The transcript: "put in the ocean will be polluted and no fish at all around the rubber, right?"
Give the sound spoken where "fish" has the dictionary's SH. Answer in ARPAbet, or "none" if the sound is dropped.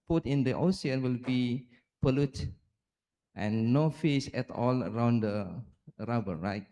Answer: S